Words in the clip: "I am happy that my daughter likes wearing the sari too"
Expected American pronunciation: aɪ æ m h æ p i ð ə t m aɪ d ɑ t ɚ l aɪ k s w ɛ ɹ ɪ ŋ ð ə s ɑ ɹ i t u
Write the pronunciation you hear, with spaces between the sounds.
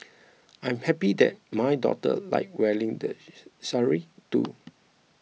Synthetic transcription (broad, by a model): aɪ m h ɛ p i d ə t m aɪ d ɑ t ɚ l aɪ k w ɛ l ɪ ŋ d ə s ɑ ɹ i t u